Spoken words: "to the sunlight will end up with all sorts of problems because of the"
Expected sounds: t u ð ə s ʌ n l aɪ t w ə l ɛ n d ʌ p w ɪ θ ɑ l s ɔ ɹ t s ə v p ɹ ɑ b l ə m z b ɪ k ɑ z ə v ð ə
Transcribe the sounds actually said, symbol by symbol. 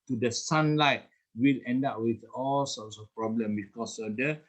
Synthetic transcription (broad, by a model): t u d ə s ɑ n l aɪ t w ə l ɛ n d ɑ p w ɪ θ ɑ l s ɔ t s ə f p ɹ ɑ b l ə m b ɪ k ɑ s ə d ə